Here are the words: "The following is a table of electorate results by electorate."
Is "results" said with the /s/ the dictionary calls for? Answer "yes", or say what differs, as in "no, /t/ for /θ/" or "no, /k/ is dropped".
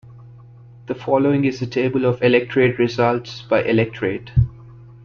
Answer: yes